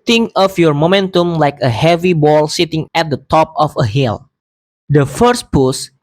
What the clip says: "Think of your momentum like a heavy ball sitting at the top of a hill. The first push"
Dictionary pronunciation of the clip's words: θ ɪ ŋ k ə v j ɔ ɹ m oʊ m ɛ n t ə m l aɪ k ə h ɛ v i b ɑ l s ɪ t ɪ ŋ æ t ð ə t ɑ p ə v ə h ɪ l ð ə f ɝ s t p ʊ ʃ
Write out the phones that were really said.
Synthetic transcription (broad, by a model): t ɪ ŋ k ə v j ɔ ɹ m oʊ m ɛ n t ə m l aɪ k ə h ɛ v i b ɑ l s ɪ t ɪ ŋ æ t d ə t ɑ p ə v ə h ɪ l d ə f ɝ s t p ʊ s